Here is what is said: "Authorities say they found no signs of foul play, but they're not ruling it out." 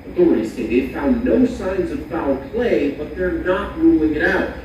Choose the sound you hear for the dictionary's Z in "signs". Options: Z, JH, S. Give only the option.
Z